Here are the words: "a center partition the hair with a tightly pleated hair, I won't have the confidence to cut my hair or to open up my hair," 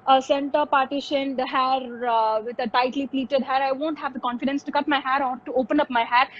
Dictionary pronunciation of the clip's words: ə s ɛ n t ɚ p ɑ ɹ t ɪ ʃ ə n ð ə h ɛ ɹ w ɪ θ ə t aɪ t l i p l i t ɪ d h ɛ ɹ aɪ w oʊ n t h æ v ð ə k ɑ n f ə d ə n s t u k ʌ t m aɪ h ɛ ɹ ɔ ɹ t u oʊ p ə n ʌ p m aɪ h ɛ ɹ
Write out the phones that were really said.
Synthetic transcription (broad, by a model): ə s ɛ n t ɚ p ɑ ɹ t ɪ ʃ ə n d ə h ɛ ɹ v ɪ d ə t aɪ t l i p l i t ɪ d h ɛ ɹ aɪ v oʊ n t h æ v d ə k ɑ n f ə d ə n s t u k ʌ t m aɪ h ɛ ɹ ɔ ɹ t u oʊ p ə n ʌ p m aɪ h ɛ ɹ